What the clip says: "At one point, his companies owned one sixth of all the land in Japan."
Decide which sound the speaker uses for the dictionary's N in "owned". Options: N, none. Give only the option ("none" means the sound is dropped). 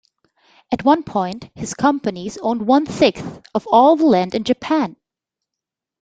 N